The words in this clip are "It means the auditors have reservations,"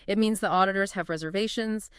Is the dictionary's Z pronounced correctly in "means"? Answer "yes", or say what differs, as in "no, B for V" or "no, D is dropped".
yes